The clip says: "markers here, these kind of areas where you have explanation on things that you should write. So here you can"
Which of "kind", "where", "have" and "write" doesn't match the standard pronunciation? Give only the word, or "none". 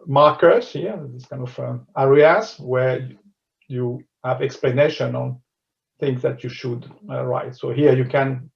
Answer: none